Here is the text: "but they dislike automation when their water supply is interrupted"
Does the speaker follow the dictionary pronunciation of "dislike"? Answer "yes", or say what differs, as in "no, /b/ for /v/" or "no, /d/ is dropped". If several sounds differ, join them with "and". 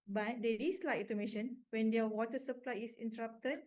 no, /k/ is dropped